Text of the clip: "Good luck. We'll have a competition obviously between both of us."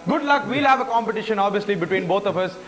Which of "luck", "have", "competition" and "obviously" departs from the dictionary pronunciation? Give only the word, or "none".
none